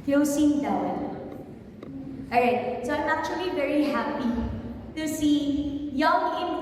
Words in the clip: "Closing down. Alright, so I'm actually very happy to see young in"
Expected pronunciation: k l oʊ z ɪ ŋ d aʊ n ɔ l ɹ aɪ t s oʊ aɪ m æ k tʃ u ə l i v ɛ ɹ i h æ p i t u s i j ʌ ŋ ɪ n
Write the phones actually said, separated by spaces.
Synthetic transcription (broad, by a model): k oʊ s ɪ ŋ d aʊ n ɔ ɹ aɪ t s oʊ aɪ m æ k tʃ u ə l i v ɛ ɹ i h æ p i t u s i j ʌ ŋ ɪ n